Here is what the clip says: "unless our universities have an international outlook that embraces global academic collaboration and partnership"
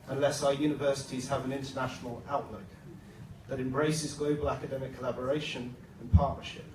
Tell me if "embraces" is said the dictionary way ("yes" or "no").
yes